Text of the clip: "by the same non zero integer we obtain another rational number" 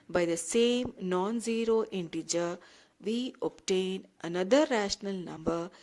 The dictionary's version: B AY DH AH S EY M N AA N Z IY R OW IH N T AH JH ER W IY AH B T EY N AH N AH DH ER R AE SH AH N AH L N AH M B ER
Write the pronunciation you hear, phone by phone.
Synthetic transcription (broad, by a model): B AY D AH S EY M N AA N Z IY R OW IH N T AH JH ER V IY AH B T EY N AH N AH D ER R AE SH AH N AH L N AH M B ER